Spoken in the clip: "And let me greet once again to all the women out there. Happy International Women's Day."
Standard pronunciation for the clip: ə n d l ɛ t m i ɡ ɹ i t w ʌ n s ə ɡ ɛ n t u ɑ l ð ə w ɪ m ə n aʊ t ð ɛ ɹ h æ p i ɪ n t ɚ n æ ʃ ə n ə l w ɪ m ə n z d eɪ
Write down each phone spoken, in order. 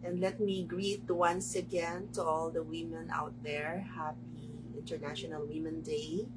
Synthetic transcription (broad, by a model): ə n d l ɛ t m i ɡ ɹ i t w ʌ n s ə ɡ ɛ n t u ɑ l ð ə w ɪ m ə n aʊ t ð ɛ ɹ h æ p i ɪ n t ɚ n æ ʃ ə n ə l w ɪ m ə n d eɪ